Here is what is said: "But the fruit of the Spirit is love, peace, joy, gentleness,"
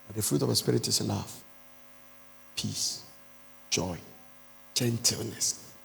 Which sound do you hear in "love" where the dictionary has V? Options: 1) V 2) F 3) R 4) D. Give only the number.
2